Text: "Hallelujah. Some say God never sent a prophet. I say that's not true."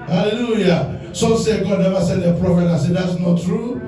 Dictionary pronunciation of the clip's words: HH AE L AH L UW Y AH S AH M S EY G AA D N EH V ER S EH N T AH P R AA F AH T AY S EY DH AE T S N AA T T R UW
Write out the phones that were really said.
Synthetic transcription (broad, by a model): HH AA L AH L UW Y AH S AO S EY G AA D N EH V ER S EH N AH P R AA F AH T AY S EY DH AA T S N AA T T R UW